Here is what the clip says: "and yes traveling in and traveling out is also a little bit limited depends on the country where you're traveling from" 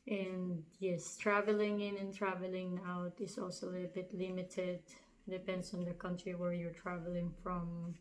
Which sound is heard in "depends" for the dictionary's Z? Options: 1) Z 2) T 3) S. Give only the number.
3